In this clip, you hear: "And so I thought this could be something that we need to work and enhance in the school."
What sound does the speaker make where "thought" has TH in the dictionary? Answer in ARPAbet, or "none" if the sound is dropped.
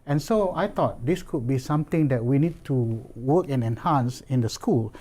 T